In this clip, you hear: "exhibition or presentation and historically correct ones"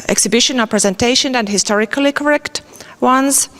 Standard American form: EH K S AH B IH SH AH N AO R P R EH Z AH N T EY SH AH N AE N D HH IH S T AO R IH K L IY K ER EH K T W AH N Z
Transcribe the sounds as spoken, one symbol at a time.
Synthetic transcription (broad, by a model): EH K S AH B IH SH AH N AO L P R EH Z AH N T EY SH AH N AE N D HH IH S T AO R IH K L IY K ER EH K T W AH N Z